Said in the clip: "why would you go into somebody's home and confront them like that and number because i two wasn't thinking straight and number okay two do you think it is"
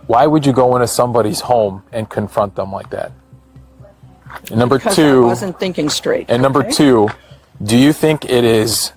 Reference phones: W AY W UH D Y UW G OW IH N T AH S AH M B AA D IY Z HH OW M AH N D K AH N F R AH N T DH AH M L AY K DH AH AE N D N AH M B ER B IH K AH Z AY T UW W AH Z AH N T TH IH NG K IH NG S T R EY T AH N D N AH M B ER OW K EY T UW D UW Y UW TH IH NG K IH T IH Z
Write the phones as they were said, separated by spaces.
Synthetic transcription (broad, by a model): W AY W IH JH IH G OW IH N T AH S AH M B AA D IY Z HH OW M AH N K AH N F R AH N T DH AH M L AY K DH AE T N AH M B B AH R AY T UW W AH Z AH N TH IH NG K IH NG S T R EY T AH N N AH M B ER T UW D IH Y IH TH IH NG K IH T IH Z